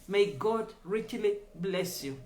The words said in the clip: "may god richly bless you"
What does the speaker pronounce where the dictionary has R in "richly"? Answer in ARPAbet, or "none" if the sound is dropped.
R